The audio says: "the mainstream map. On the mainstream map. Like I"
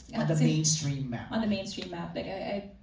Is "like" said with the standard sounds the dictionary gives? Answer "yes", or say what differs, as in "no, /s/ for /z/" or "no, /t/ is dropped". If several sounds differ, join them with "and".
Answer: no, /k/ is dropped